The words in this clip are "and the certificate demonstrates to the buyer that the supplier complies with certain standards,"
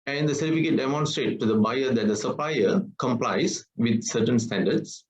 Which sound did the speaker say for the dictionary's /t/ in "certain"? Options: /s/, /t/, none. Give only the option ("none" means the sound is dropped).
/t/